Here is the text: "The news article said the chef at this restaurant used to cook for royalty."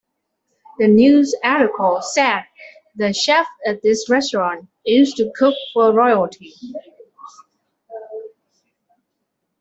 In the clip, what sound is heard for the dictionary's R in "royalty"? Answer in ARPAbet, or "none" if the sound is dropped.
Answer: R